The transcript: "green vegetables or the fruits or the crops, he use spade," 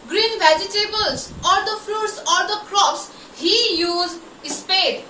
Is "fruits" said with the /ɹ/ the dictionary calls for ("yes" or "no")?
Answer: no